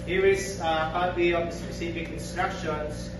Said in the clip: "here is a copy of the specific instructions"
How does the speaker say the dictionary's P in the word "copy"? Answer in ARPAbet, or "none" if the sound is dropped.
B